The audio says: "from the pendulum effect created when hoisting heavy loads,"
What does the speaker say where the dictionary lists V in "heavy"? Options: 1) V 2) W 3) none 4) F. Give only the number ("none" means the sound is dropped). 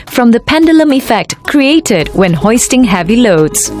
1